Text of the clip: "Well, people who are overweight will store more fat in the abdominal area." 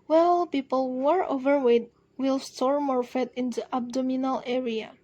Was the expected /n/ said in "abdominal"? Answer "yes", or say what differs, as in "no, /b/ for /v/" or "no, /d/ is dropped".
yes